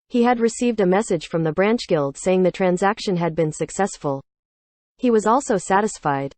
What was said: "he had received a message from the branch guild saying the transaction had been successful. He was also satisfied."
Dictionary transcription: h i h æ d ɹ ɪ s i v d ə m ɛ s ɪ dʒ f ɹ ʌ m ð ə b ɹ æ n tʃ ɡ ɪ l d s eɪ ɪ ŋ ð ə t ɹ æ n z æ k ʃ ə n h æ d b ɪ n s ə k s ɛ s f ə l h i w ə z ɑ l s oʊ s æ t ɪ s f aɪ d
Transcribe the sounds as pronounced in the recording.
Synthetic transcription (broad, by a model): h i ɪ d ɹ ɪ s i v d ə m ɛ s ɪ dʒ f ɹ ʌ m ð ə b ɹ æ n tʃ ɡ ɪ l d s eɪ ɪ ŋ ð ə t ɹ æ n z æ k ʃ ə n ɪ d b ɪ n s ə k s ɛ s f ə l h i w ə z ɑ l s oʊ s æ t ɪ s f aɪ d